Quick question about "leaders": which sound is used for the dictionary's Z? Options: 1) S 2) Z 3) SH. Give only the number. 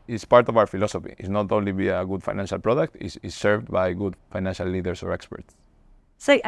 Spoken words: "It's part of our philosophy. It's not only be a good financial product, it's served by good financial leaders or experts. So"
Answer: 1